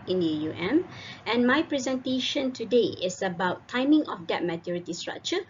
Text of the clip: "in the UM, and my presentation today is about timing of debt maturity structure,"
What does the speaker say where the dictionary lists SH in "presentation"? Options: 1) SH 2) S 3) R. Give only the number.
1